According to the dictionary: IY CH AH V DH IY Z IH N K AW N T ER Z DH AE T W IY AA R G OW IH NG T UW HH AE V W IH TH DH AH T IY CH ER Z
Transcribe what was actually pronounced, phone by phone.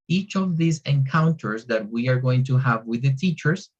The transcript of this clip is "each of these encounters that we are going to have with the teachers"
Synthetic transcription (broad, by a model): IY CH AH V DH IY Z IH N K AW N T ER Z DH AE T W IY AA R G OW IH NG T UW HH AE V W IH DH AH T IY CH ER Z